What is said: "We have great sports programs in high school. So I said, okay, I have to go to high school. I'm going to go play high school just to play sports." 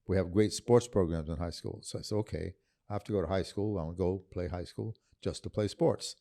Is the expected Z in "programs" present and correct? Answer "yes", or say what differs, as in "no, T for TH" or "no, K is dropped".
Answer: yes